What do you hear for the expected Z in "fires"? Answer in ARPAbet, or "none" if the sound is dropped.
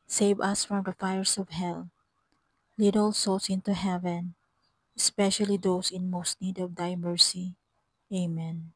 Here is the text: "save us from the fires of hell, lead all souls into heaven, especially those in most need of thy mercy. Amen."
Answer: S